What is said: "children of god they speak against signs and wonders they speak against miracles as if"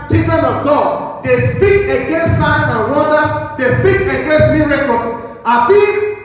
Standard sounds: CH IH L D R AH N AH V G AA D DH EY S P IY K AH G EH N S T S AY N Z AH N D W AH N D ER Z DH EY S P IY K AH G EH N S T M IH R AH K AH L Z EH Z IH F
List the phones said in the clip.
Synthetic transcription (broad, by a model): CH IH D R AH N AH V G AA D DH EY S P IY K AH G EH N S T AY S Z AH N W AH D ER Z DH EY S P IY K AH G EH N S T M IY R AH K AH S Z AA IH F